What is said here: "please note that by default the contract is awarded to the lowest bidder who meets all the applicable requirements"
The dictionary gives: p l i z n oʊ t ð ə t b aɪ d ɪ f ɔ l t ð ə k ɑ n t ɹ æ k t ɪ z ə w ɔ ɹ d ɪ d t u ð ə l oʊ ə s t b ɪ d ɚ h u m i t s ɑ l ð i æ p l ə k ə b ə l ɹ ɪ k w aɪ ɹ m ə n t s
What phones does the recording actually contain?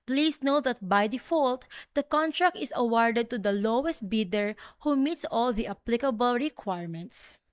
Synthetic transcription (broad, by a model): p l i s n oʊ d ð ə t b aɪ d ɪ f ɔ l t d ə k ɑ n t ɹ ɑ k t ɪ s ə w ɔ ɹ d ɪ d t u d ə l oʊ ə s t b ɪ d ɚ h u m i t s ɑ l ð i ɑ p l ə k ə b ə l ɹ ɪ k w aɪ ɹ m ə n t s